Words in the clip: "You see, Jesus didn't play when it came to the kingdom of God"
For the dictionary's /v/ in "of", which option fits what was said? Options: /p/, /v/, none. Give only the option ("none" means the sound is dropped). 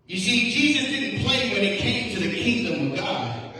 /v/